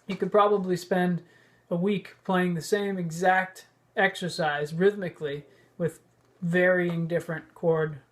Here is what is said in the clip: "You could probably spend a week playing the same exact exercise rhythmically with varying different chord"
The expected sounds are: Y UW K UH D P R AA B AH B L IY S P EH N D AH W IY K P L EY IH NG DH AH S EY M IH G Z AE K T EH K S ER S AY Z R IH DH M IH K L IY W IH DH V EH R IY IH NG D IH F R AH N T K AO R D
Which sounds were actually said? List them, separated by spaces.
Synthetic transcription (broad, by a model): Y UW K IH D P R AA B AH B L IY S P EH N D AH W IY K P L EY IH NG DH AH S EY M IH G Z AE K T EH K S ER S AY Z R IH DH M IH K L IY W IH DH V EH R IY IH NG D IH F R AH N K AO R D